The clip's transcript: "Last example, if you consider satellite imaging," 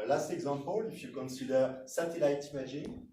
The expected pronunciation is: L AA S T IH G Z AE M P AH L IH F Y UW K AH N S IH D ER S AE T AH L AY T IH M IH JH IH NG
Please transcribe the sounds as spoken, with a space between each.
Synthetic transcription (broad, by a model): L AA S T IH G Z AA P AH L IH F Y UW K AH N S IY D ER S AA T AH L AY T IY M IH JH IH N